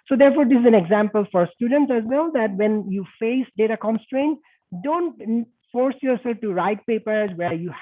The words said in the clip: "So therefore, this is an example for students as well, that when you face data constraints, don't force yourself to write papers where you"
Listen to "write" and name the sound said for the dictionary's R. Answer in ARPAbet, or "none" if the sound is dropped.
R